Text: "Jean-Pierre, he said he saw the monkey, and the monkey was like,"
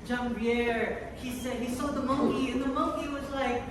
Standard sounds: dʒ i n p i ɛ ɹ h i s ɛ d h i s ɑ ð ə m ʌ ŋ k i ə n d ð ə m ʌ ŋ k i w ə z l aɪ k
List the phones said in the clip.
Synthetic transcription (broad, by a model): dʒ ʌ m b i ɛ ɹ h i s ɛ d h i s ɑ ð ə m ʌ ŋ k i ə n ð ə m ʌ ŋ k i w ə z l aɪ k